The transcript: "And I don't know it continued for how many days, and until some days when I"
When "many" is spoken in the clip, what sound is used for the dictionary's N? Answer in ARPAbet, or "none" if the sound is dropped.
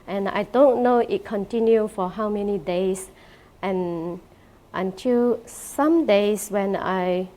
N